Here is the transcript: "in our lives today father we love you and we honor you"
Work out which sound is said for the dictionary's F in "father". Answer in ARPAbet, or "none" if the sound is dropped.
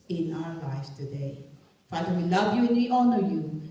F